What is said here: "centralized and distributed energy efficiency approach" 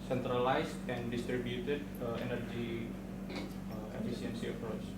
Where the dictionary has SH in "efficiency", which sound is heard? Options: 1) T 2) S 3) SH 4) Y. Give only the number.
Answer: 2